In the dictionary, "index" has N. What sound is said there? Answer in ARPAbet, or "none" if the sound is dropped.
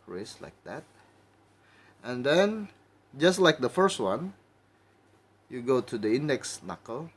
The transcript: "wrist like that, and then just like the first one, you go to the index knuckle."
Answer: N